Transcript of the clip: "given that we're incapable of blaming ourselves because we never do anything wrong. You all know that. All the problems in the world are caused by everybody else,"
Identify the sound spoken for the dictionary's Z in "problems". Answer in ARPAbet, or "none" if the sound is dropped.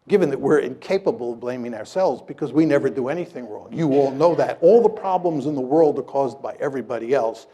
Z